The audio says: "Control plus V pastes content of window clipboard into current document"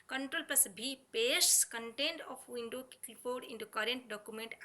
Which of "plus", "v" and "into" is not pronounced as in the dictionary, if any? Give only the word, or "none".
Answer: v